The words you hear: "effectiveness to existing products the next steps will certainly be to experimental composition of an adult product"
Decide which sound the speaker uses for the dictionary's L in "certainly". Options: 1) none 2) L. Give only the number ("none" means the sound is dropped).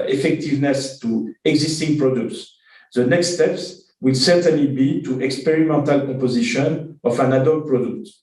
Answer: 2